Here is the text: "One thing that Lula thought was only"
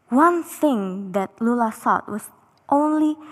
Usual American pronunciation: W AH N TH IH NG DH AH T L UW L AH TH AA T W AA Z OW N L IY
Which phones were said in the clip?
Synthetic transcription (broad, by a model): W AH N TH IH NG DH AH T L UW L AH S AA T W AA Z OW N L IY